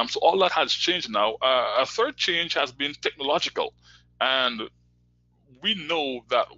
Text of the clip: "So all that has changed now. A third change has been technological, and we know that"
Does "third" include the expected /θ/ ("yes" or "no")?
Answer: yes